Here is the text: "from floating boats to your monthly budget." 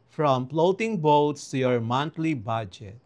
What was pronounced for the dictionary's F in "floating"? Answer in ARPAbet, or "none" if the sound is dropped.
P